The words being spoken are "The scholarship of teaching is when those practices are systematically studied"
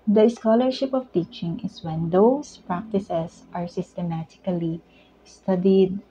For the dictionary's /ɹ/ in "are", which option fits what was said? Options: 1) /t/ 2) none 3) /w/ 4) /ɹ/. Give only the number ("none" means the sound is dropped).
4